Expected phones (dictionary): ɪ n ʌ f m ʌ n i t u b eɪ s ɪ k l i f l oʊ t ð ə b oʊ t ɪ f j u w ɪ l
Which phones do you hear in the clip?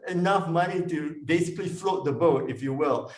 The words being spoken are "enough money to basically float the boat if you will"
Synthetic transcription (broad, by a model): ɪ n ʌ f m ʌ n i t u b eɪ s ɪ k l i f l oʊ t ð ə b oʊ t ɪ f j u w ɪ l